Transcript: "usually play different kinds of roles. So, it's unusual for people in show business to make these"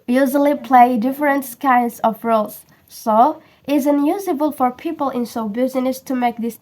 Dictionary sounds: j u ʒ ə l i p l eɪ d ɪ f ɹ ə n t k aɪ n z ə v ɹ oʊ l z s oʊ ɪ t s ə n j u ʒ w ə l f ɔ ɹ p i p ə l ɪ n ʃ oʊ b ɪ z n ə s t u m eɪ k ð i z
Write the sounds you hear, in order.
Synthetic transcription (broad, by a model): j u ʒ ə l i p l eɪ d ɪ f ɹ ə n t k aɪ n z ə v ɹ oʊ l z s oʊ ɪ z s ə n j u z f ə l f ɔ ɹ p i p ə l ɪ n s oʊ b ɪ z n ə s t u m eɪ k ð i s